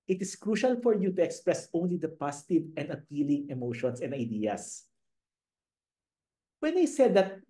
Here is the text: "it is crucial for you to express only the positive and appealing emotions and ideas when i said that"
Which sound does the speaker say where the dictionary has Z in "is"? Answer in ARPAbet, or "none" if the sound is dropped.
S